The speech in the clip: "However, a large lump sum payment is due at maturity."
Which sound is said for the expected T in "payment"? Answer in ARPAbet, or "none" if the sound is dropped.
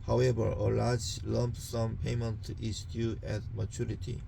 T